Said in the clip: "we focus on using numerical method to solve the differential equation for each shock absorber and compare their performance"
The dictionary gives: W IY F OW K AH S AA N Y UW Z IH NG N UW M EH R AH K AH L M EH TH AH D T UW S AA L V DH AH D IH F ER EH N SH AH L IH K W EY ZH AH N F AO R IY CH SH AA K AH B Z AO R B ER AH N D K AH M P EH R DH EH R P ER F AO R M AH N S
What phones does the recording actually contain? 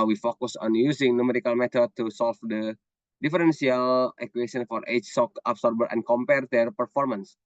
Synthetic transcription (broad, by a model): W IY F OW K AH S AA N Y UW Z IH NG N UW M EH R AH K AH L M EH T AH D T UW S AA L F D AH D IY F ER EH N S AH L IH K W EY S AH N F AO R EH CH S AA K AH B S AO R B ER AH N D K AH M P EH R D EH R P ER F AO R M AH N S